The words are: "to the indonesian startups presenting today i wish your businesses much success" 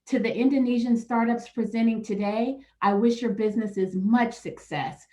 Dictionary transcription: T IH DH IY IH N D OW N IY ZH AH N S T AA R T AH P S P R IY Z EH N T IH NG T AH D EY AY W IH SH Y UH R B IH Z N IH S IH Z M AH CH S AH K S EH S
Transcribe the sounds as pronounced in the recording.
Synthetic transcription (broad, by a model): T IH DH IY IH N D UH N IY ZH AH N S T AA R T AH P S P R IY Z EH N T IH NG T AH D EY AY W IH SH Y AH R B IH Z N IH S IH Z M AH CH S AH K S EH S